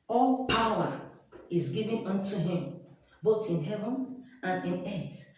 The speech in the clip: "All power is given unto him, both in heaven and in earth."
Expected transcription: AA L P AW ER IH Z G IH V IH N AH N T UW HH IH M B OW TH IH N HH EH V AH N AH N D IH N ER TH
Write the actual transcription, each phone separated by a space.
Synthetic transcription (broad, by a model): AA L P AW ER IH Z G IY V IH N AH N T UW HH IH M B OW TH IH N HH EH V AH N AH N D IH N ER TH